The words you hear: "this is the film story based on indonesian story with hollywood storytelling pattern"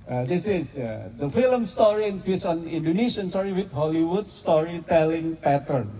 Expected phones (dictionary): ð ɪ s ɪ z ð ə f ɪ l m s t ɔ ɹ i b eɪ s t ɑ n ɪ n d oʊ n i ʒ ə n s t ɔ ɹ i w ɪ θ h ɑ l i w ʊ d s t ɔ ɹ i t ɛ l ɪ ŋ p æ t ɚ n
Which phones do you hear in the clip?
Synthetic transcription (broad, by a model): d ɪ s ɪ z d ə f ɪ l m s t ɔ ɹ i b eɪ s ɑ n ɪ n d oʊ n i s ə n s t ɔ ɹ i w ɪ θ h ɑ l i w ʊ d s t ɔ ɹ i t ɛ l ɪ ŋ p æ t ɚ n